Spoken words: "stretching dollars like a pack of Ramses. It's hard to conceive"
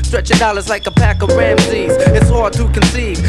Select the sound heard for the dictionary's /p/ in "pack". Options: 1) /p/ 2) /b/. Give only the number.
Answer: 1